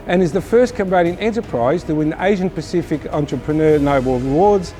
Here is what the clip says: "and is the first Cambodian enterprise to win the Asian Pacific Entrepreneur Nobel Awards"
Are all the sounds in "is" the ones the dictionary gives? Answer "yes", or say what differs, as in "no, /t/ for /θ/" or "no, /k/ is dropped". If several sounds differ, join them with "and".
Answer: yes